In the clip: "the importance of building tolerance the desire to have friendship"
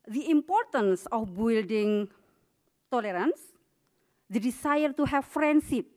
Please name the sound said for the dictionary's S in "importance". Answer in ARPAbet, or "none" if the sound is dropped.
S